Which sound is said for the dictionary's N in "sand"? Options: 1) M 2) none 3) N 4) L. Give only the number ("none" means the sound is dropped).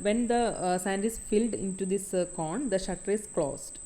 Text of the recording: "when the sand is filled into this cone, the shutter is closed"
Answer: 3